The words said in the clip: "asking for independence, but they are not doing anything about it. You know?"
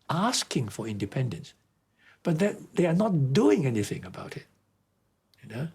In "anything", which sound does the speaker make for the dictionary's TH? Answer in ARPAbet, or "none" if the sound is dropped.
TH